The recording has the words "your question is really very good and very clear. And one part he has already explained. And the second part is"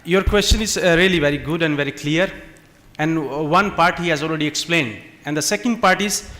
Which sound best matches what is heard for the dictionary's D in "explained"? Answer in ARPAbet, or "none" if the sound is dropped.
D